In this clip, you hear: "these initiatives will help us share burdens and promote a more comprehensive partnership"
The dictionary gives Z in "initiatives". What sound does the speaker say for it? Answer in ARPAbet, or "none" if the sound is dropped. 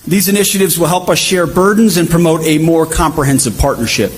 Z